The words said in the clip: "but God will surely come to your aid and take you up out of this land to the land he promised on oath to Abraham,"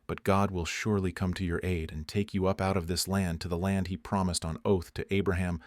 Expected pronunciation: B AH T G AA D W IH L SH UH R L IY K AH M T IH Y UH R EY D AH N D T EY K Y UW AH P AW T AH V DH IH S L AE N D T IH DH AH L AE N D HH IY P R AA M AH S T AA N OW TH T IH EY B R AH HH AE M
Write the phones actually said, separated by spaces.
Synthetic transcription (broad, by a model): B AH T G AA D W IH L SH UH R L IY K AH M T IH Y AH R EY D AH N T EY K Y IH AH P AW T AH V DH IH S L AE N T IH DH AH L AE N D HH IY P R AA M AH S T N OW TH T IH EY B R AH HH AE M